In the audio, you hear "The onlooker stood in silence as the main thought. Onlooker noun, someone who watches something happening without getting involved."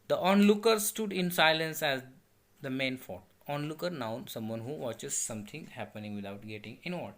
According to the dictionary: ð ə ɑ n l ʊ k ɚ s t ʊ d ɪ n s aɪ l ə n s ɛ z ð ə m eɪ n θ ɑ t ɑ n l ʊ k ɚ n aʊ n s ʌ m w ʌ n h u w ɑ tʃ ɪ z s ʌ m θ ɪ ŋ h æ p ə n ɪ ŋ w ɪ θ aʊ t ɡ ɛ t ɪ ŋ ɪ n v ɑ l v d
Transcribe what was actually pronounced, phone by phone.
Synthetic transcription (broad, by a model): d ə ɑ n l ʊ k ɚ s t ʊ d ɪ n s aɪ l ə n s ɛ z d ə m eɪ n f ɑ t ɑ n l ʊ k ɚ n aʊ n s ʌ m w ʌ n h u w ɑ tʃ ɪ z s ʌ m t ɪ ŋ h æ p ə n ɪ ŋ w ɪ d aʊ t ɡ ɛ t ɪ ŋ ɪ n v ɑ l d